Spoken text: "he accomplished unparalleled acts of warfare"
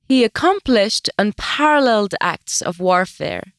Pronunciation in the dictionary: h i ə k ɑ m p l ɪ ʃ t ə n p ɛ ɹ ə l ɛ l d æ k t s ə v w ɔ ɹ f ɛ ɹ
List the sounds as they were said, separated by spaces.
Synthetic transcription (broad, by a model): h i ə k ɑ m p l ɪ ʃ t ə n p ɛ ɹ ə l ɛ l d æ k t s ə v w ɔ ɹ f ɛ ɹ